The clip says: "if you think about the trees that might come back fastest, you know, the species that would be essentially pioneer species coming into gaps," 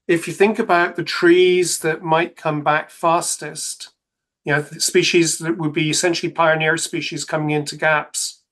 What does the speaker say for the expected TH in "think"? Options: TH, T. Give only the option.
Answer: TH